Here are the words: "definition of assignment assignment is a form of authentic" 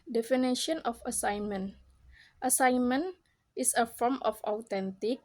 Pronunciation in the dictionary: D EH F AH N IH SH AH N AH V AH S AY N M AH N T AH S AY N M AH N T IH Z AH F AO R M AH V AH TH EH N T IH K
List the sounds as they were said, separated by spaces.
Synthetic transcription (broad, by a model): D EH F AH N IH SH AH N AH F AH S AY N M AH N T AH S AY N M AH N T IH S AH F AO R M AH F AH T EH N T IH K